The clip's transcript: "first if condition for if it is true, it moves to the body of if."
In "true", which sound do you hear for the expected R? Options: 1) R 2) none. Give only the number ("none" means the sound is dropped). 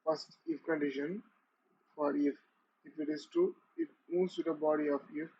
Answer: 2